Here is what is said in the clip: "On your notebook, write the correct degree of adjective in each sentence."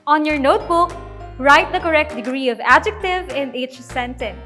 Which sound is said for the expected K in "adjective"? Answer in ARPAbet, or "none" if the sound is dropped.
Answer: K